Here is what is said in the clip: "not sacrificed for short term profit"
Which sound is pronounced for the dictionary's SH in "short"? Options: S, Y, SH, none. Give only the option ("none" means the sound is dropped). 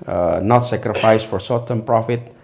S